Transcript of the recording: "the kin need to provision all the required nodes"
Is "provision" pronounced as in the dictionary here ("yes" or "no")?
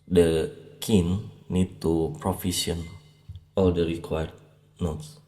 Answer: no